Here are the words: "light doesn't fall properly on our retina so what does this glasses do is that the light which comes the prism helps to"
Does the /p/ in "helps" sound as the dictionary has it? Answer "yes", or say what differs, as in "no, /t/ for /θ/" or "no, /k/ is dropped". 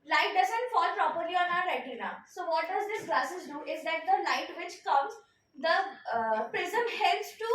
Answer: no, /p/ is dropped